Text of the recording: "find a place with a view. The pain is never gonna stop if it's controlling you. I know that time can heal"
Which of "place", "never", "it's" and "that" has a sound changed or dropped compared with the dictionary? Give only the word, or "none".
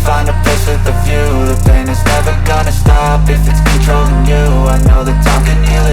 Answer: place